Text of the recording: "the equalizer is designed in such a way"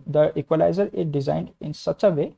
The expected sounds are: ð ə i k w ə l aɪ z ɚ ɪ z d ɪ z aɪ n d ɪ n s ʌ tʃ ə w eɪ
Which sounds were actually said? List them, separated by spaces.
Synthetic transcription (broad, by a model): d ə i k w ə l aɪ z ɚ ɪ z d ɪ z aɪ n d ɪ n s ʌ tʃ ə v eɪ